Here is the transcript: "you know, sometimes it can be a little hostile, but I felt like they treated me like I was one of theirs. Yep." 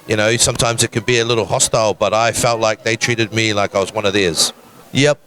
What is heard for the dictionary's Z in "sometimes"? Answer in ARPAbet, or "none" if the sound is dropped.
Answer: Z